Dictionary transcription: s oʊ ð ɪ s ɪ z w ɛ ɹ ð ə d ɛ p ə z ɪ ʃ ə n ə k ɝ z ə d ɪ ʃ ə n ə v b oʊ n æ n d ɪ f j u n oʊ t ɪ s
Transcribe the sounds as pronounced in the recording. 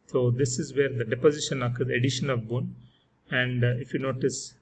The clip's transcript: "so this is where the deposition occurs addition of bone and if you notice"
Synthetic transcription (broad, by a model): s oʊ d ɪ s ɪ z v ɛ ɹ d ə d ɛ p ə z ɪ ʃ ə n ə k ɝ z ə d ɪ ʃ ə n ə v b oʊ n æ n d ɪ f j u n oʊ t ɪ s